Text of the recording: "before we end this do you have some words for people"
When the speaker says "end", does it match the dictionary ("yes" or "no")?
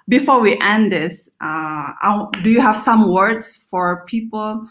yes